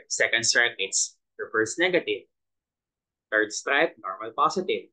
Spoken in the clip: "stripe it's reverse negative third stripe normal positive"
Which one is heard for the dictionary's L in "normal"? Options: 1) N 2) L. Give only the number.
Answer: 2